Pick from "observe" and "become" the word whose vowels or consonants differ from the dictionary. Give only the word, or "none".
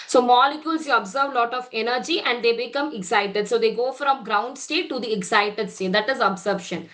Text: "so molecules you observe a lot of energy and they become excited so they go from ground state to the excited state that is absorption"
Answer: none